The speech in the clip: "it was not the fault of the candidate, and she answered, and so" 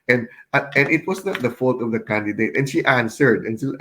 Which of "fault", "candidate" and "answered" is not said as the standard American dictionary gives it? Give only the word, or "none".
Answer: none